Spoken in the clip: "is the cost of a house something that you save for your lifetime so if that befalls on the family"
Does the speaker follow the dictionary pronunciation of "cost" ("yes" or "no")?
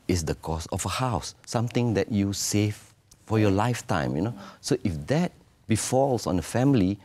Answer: no